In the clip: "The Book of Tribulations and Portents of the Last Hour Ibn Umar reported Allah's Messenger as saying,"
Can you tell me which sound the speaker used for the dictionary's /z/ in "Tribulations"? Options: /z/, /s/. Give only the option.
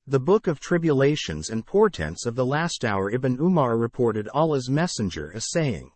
/z/